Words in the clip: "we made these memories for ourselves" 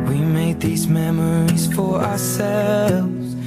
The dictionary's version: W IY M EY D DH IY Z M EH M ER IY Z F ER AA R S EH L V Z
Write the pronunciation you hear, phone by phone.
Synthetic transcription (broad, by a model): W IY M EY D DH IY Z M EH M ER IY Z F ER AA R S EH L V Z